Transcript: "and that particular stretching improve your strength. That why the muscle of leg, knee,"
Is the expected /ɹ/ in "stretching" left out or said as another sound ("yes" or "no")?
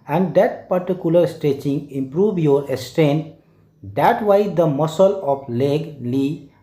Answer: yes